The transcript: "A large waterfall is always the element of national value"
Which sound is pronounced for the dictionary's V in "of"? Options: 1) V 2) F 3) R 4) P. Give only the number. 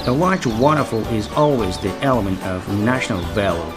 1